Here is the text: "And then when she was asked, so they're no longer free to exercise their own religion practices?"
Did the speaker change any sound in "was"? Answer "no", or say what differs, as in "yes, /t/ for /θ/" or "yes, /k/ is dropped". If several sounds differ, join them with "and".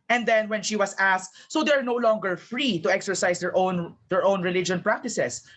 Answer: yes, /s/ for /z/